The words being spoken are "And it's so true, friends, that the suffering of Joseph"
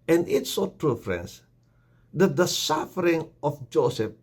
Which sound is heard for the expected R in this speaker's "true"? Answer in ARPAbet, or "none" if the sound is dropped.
R